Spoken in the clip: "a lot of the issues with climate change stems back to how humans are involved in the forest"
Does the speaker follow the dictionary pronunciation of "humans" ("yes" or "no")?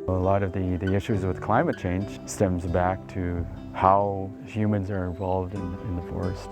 yes